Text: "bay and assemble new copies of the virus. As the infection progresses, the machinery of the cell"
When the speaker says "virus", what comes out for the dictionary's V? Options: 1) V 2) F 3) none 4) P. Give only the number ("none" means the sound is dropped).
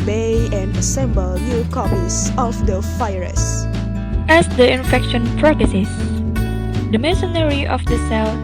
2